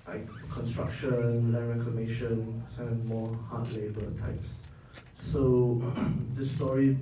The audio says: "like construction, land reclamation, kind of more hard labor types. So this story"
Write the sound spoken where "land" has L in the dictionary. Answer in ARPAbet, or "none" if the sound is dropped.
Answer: W